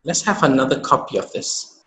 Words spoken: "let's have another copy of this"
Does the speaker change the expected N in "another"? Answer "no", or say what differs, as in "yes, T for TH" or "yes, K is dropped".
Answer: no